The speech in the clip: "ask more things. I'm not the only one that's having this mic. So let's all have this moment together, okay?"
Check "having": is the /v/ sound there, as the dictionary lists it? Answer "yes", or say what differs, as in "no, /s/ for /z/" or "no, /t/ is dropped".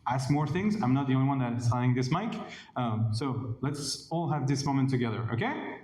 no, /v/ is dropped